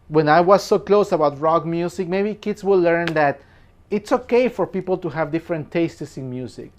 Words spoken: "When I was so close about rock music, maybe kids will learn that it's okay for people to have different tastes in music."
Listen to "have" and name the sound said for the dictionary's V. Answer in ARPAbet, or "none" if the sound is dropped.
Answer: V